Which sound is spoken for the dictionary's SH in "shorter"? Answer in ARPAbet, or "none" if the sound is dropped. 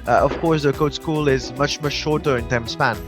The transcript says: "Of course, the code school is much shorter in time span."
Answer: SH